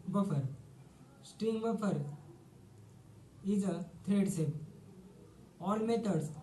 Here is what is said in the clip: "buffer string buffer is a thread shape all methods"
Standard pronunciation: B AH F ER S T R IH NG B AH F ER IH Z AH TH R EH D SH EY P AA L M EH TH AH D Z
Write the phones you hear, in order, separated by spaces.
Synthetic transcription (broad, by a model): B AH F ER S T R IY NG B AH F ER IH Z AH T R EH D S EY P AA L M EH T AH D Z